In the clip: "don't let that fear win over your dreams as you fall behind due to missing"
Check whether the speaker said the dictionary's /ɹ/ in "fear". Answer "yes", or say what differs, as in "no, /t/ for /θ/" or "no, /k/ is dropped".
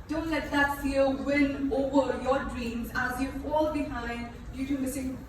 no, /l/ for /ɹ/